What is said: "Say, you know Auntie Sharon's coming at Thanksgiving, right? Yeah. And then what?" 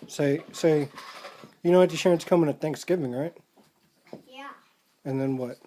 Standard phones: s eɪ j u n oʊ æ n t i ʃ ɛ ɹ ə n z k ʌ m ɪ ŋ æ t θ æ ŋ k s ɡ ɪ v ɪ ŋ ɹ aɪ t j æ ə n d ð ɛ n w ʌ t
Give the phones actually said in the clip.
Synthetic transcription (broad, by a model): s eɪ j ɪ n oʊ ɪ t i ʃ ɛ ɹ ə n s k ʌ m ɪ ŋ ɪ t θ æ ŋ k s ɡ ɪ v ɪ ŋ ɹ aɪ t j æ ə n ð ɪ n w ʌ t